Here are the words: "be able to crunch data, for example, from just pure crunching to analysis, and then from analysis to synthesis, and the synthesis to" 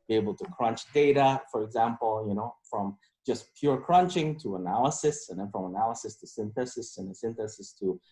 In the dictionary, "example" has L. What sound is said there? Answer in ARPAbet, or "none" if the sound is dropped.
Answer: N